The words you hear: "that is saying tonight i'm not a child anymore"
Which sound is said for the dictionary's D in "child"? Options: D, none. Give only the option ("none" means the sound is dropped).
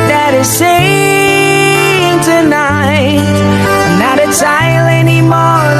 none